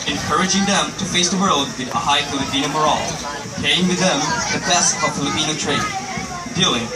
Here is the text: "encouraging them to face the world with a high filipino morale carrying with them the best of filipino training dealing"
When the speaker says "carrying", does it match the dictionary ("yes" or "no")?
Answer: no